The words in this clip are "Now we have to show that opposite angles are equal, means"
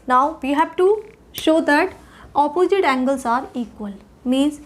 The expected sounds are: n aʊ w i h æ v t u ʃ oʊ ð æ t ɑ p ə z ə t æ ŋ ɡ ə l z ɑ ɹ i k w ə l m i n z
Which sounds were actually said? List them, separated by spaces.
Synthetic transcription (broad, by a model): n aʊ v i h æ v t u ʃ oʊ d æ t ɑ p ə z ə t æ ŋ ɡ ə l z ɑ ɹ i k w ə l m i n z